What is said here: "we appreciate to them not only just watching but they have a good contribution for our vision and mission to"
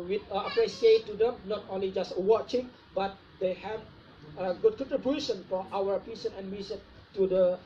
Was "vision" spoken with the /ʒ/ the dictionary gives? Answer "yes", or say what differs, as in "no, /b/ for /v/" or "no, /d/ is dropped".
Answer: no, /s/ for /ʒ/